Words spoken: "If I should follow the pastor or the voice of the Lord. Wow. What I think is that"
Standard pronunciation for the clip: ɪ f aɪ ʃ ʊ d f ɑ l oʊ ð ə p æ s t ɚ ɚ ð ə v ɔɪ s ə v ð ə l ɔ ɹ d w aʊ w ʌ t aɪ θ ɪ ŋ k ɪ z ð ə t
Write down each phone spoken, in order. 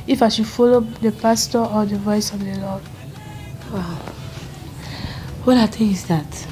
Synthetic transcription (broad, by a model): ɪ f aɪ ʃ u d f ɑ l oʊ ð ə p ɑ s t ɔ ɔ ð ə v ɔɪ s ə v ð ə l ɔ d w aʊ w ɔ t aɪ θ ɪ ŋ ɪ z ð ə t